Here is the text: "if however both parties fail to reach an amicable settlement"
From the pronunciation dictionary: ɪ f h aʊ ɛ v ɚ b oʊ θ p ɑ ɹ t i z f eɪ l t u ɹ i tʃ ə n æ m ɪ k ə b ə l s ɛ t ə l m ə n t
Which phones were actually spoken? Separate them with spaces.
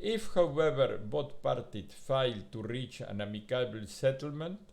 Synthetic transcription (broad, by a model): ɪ f h aʊ ɛ v ɚ b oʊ t p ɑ ɹ t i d f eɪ l t u ɹ i tʃ ə n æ m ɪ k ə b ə l s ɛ t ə l m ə n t